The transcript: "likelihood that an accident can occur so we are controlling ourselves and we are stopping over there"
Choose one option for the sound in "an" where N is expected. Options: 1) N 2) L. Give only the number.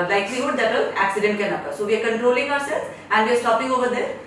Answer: 2